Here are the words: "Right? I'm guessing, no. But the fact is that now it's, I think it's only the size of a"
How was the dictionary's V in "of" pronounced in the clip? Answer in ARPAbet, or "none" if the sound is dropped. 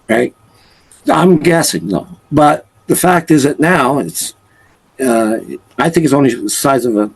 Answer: V